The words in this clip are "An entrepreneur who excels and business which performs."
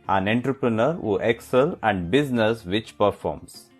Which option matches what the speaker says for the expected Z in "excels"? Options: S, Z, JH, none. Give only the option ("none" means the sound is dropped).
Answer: none